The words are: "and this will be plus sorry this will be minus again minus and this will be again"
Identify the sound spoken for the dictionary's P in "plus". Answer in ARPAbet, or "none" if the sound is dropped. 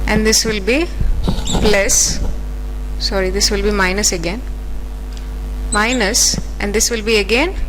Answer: B